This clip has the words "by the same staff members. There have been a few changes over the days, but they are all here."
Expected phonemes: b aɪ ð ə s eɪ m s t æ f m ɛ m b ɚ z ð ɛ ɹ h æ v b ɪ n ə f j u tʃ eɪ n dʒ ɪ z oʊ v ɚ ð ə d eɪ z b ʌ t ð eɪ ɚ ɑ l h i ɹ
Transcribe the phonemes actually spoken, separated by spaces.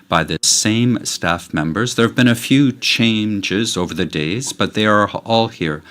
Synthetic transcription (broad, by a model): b aɪ ð ə s eɪ m s t æ f m ɛ m b ɚ z ð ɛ ɹ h v b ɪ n ə f j u tʃ eɪ n dʒ ɪ z oʊ v ɚ ð ə d eɪ z b ʌ t ð eɪ ɚ ɑ l h i ɹ